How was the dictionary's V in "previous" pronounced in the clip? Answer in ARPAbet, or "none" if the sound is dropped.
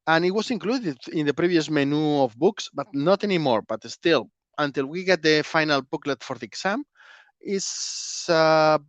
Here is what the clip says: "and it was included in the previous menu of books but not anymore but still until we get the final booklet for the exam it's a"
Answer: B